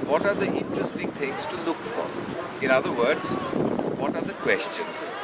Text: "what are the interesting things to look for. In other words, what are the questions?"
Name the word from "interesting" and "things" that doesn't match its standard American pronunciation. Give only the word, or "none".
things